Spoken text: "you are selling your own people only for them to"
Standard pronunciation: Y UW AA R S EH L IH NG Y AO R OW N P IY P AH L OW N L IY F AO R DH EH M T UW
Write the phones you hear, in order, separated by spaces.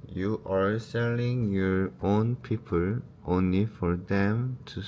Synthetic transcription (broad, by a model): Y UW AA R S EH L IH NG Y AO R OW N P IY P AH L OW N L IY F AO R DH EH M T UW